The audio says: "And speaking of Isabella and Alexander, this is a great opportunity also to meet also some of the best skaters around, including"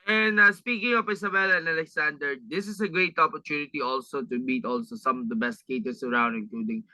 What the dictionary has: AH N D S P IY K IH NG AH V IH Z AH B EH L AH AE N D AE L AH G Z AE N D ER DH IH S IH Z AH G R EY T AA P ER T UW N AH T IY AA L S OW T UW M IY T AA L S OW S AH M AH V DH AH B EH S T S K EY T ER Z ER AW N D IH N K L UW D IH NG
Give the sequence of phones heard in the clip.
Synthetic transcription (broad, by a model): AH N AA S P IY K IH NG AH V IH S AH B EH L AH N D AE L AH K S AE N D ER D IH S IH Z AH G R EY T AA P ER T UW N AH T IY AA L S OW T UW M IY T AA L S OW S AH M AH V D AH B EH S T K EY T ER S ER AW N D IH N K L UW D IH NG